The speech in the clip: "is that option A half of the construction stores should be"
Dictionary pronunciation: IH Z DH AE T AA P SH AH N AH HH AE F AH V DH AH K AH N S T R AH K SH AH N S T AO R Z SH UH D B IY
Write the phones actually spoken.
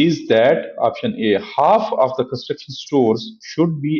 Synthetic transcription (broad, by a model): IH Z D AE T AA P SH AH N AH HH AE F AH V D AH K AH N S T R AH K SH AH N S T AO R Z SH UH D B IY